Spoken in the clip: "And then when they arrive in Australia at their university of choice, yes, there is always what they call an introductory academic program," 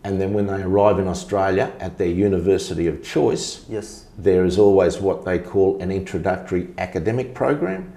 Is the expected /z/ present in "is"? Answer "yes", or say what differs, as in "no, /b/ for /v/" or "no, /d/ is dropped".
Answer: yes